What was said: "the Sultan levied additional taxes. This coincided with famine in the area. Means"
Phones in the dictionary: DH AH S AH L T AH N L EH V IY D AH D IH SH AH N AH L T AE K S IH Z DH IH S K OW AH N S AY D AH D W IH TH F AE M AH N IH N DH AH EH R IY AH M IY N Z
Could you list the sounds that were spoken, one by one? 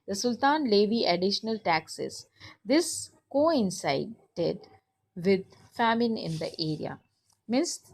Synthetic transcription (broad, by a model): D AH S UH L T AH N L EH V IY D AH D IH SH AH N AH L T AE K S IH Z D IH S K OW AH N S AY D AH D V IH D F AE M AH N IH N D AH EH R IY AH M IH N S